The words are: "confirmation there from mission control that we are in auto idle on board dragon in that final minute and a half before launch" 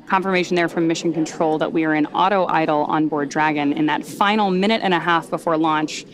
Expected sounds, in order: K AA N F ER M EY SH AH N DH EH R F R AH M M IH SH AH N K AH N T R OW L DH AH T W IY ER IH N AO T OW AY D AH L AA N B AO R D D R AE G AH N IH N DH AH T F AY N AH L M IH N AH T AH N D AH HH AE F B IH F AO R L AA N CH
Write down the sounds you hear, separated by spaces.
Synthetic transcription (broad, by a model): K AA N F ER M EY SH N DH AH R F R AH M M IH SH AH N K AH N T R OW L DH AH T W IY ER IH N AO T OW AY D L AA N B AO R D D R AE G AH N IH N DH AH T F AY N L M IH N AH T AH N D AH HH AE F B IH F AO R L AA N CH